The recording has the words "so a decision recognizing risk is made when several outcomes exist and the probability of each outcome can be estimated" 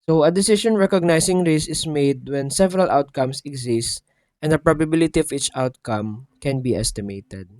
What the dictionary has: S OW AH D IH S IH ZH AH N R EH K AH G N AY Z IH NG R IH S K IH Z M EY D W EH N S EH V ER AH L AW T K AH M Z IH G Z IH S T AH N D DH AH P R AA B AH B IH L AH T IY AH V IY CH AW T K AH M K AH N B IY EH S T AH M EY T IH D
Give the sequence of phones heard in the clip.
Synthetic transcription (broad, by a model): S OW AH D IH S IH SH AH N R EH K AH G N AY S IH NG R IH S IH S M EY D W EH N S EH V ER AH L AW T K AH M S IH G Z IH S T AH N D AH P R AA B AH B IH L AH T IY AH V IY CH AW T K AH M K AH N B IY EH S T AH M EY T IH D